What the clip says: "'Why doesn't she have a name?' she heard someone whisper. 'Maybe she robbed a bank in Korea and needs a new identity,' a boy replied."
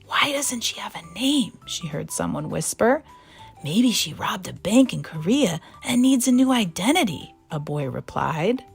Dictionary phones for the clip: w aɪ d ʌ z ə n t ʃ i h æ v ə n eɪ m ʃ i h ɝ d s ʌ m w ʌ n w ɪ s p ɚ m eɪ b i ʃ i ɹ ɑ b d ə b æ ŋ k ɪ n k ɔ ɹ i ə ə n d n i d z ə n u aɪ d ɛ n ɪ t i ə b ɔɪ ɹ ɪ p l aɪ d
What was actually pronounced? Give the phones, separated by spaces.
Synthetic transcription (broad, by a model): w aɪ d ʌ z ə n t ʃ i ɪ v ə n eɪ m ʃ i h ɝ d s ʌ m w ʌ n w ɪ s p ɚ m eɪ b i ʃ i ɹ ɑ b d ə b æ ŋ k ɪ n k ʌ ɹ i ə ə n n i d z ə n u aɪ d ɛ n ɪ t i ə b ɔɪ ɹ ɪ p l aɪ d